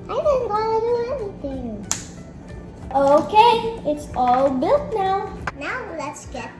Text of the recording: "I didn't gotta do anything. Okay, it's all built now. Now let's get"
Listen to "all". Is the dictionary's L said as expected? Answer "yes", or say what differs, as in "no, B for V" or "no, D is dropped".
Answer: yes